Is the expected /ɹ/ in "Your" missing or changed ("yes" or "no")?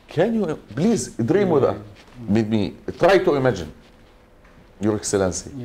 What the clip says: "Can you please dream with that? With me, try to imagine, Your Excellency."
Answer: no